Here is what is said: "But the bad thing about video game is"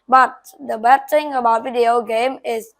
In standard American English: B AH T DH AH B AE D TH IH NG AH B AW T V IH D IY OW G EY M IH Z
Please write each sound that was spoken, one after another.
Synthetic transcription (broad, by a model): B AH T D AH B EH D T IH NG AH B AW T V IH D IY OW G EY M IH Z